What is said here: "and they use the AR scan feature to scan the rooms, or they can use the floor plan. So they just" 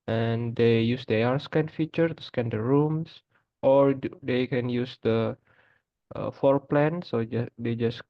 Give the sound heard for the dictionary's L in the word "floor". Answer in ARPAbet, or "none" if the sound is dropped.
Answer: none